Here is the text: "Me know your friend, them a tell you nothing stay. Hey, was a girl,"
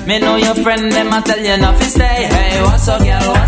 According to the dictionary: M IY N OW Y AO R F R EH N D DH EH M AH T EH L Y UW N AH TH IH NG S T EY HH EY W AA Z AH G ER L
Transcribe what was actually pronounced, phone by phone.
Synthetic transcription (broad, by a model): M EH N OW Y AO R F R EH N D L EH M AH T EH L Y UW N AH F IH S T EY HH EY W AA S AH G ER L